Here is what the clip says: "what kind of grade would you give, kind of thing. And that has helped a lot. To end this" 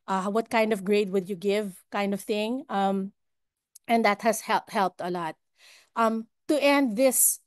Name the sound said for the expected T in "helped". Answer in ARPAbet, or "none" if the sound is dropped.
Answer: T